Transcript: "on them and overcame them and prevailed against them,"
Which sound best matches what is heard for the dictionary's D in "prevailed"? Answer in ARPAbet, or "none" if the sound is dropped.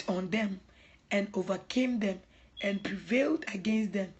D